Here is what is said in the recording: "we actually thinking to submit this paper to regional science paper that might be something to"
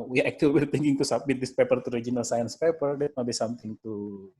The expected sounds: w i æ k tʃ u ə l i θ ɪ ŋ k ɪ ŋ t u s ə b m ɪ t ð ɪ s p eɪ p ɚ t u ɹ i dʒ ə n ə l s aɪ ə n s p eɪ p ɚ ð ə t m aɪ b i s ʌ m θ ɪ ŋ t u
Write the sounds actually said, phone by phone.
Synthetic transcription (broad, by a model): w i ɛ k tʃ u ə w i t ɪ ŋ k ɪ ŋ t u s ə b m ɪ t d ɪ s p eɪ p ɚ t u ɹ i dʒ ə n ə l s aɪ ə n s p eɪ p ɚ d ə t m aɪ b i s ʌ m t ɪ ŋ t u